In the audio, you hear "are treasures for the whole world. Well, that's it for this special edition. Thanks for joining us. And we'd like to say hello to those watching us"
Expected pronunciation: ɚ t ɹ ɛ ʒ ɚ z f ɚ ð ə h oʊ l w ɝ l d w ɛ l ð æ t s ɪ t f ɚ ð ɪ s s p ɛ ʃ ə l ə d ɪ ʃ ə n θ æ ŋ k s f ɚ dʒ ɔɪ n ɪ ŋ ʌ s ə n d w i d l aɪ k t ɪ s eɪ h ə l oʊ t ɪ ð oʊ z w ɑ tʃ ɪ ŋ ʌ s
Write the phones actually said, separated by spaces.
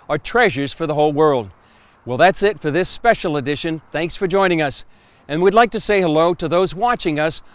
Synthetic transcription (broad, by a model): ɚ t ɹ ɛ ʒ ɚ z f ɚ ð ə h oʊ l w ɝ l d w ɛ l ð æ t s ɪ t f ɚ ð ɪ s s p ɛ ʃ l ə d ɪ ʃ ə n θ æ ŋ k s f ɚ dʒ ɔɪ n ɪ ŋ ʌ s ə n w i d l aɪ k t ɪ s eɪ h ə l oʊ t ɪ ð oʊ z w ɑ tʃ ɪ ŋ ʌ s